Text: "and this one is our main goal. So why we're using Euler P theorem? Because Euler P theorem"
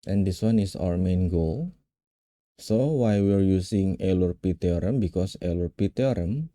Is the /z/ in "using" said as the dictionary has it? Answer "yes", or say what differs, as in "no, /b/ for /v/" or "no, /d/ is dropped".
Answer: no, /s/ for /z/